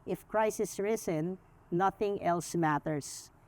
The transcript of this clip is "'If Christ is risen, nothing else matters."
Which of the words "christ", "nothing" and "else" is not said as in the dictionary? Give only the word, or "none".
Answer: christ